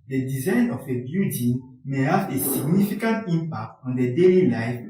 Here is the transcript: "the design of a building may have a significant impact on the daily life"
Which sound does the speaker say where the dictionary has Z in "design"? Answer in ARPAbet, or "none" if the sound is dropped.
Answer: Z